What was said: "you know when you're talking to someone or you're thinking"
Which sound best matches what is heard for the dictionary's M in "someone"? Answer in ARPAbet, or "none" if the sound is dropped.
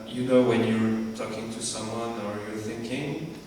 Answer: M